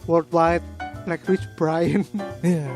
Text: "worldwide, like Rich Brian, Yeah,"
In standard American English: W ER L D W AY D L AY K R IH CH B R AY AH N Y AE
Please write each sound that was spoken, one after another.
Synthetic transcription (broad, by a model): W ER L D W AY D L AY K W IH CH B R AY AH N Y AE